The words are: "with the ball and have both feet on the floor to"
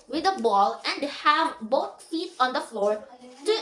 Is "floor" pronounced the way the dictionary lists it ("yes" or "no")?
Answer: yes